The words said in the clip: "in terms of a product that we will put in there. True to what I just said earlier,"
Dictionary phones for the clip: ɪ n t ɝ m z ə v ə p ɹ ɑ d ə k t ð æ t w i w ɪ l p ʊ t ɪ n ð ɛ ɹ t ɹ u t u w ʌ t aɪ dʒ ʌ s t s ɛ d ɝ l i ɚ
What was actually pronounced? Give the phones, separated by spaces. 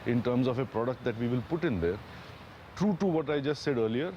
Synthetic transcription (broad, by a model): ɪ n t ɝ m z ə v ə p ɹ ɑ d ə k t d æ t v i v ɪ l p ʊ t ɪ n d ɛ ɹ t ɹ u t u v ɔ t aɪ dʒ ʌ s t s ɛ d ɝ l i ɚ